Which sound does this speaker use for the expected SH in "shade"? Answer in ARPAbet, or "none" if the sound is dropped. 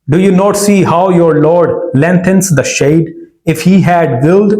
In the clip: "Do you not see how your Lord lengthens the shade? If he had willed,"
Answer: SH